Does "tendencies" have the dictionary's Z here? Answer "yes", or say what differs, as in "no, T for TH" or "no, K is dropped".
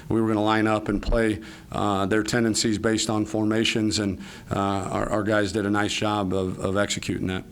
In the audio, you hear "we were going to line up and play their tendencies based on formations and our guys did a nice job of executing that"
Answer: yes